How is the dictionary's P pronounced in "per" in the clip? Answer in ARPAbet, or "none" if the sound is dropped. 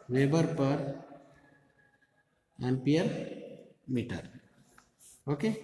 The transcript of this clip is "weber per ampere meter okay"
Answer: P